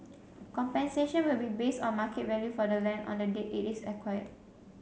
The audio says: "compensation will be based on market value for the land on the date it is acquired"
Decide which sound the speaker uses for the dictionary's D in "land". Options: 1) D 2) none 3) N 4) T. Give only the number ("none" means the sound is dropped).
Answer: 2